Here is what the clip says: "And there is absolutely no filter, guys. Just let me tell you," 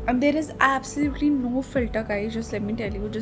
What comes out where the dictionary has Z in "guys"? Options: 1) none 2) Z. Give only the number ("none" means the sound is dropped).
1